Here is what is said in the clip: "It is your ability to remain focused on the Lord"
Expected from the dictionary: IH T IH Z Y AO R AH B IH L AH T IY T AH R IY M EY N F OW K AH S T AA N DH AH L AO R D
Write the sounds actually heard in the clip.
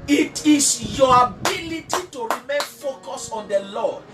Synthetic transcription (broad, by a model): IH T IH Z Y AO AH B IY L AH T IY T AH R IY M EY N F OW K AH S AA N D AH L AO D